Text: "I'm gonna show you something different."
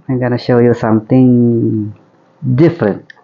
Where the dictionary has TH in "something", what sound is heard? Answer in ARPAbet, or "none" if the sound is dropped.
T